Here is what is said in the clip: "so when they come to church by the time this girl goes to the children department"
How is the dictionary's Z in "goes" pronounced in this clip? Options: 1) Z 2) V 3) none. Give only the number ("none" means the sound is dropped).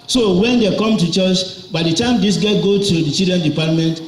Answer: 3